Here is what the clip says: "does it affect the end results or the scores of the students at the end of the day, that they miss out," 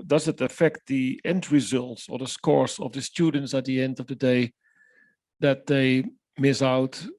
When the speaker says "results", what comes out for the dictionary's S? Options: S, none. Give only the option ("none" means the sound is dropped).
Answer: S